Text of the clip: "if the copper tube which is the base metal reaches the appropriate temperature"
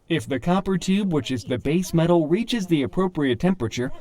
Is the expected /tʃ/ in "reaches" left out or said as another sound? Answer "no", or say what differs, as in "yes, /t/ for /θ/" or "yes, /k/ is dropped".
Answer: no